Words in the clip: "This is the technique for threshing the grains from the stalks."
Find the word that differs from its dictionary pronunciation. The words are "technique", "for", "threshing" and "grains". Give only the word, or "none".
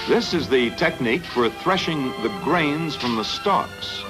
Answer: none